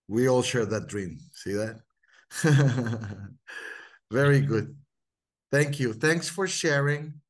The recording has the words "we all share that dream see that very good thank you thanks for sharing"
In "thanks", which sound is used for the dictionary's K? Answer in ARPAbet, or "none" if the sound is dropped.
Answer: K